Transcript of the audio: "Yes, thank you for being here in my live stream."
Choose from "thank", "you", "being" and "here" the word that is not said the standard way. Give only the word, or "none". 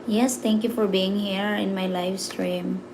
thank